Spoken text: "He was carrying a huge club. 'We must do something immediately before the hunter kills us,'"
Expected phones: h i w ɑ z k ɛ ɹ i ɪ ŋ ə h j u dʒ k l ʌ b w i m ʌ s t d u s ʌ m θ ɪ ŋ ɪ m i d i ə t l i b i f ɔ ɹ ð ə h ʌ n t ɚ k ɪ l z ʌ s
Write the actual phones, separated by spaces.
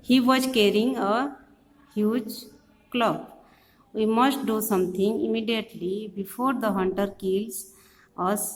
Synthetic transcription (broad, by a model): h i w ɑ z k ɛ ɹ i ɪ ŋ ə h j u dʒ k l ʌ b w i m ʌ s t d u s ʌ m t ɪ ŋ ɪ m i d i ə t l i b i f ɔ ɹ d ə h ʌ n t ɚ k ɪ l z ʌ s